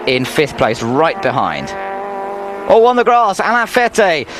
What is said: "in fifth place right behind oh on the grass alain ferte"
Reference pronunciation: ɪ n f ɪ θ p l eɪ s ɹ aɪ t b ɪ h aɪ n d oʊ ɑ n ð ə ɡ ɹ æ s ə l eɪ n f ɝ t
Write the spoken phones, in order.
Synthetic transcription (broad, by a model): ɪ n f ɪ θ p l eɪ s ɹ aɪ t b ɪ h aɪ n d oʊ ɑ n ð ə ɡ ɹ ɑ s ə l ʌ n f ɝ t